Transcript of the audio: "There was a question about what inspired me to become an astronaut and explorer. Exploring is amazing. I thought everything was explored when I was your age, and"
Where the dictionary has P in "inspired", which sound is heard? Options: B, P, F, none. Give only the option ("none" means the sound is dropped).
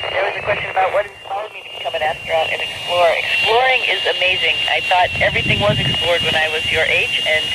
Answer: F